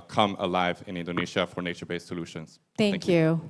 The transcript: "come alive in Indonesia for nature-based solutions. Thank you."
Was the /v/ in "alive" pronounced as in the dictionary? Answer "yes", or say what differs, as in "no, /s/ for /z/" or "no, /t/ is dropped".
yes